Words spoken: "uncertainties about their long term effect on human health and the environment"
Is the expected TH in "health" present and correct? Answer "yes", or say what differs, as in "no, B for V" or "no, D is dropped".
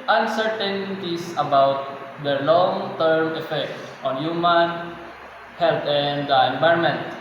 no, T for TH